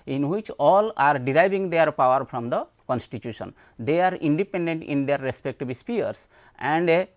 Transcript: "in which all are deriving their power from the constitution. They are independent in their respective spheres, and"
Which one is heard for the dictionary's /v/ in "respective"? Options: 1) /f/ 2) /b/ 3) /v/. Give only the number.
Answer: 2